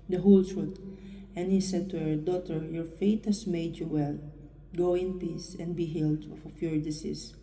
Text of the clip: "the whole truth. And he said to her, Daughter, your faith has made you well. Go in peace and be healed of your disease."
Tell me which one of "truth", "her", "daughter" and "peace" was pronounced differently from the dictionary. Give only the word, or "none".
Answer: truth